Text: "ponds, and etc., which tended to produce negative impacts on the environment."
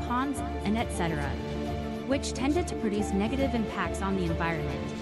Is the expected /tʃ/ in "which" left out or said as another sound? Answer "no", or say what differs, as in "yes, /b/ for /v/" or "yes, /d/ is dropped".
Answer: no